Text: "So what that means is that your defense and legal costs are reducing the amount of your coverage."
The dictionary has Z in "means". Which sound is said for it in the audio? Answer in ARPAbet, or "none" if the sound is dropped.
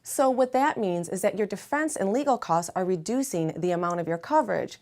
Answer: Z